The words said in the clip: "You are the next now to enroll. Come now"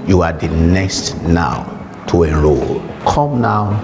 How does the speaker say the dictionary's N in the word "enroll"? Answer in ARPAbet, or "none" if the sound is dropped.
none